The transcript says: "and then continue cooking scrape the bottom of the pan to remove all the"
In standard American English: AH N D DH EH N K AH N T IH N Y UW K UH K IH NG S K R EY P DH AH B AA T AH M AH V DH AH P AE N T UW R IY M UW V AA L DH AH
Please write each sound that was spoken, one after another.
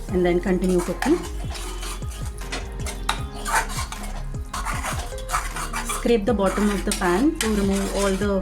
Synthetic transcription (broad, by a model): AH N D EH N K AH N T IH N Y UW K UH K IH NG S K R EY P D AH B AA T AH M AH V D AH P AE N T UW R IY M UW AA L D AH